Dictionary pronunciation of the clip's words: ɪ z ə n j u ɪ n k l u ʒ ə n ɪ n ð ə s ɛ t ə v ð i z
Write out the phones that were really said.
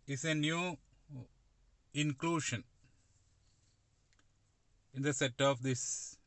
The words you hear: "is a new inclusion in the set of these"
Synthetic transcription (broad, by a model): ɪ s ə n j u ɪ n k l u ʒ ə n ɪ n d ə s ɛ t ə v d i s